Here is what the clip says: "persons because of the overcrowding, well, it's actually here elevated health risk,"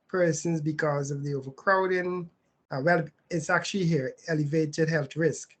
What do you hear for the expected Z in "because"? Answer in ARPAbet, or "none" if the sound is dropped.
Z